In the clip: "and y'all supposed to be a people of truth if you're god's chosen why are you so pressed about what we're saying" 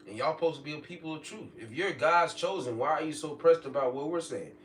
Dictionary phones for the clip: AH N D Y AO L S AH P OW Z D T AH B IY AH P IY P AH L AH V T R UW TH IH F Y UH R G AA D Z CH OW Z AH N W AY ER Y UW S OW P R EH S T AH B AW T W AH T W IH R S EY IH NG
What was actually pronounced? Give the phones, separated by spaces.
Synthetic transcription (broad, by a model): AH N Y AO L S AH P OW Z T AH B IY AH P IY P L AH V T R UW TH IH F Y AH R G AA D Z CH OW Z AH N W AY ER Y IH S OW P R EH S T AH B AW T W AH T W IH R S EY IH NG